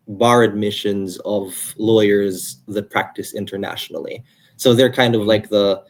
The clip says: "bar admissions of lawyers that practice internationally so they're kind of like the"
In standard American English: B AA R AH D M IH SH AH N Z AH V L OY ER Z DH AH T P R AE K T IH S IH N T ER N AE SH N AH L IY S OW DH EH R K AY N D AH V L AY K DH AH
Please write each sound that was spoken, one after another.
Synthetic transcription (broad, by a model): B AA R AH D M IH SH AH N Z AH V L OY ER Z DH AH T P R AE K T IH S IH N T ER N AE SH N L IY S OW DH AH R K AY N D AH V L AY K DH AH